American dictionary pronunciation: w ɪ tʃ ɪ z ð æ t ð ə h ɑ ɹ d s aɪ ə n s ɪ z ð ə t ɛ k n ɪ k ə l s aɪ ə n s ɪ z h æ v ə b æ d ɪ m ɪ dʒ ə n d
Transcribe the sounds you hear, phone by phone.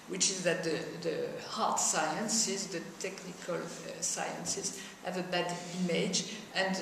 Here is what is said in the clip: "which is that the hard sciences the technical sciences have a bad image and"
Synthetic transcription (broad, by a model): w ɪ tʃ ɪ z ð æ t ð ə h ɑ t s aɪ ə n s ɪ z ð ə t ɛ k n ɪ k ə l s aɪ ə n s ɪ z h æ v ə b æ d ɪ m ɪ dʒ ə n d